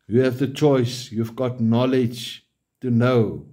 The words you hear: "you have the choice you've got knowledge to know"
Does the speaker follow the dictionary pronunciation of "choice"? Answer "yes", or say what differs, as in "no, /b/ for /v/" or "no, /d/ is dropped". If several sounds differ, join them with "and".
yes